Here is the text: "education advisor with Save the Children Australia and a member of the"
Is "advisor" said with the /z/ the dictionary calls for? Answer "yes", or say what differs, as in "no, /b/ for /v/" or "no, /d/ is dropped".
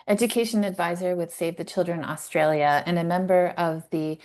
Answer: yes